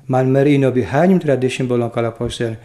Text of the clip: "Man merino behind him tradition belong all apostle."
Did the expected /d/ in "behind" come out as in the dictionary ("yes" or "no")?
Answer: no